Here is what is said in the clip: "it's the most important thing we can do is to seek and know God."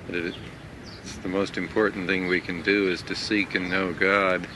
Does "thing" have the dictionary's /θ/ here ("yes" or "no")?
yes